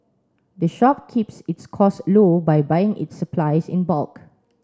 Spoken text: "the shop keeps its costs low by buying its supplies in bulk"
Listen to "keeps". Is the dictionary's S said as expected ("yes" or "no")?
yes